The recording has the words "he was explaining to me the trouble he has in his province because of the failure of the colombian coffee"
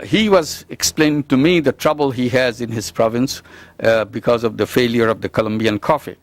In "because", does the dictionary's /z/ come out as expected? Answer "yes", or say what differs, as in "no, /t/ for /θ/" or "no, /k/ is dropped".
yes